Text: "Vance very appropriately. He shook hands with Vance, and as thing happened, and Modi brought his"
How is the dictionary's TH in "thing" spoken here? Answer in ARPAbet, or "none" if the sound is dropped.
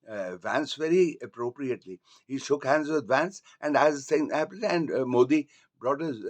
S